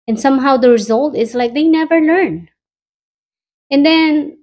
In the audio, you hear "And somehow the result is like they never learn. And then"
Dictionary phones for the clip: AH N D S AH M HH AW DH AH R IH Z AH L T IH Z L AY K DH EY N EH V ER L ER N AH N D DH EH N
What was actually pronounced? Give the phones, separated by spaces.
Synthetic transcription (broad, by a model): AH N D S AH M HH AW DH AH R IH Z AH L T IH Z L AY K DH EY N EH V ER L ER N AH N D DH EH N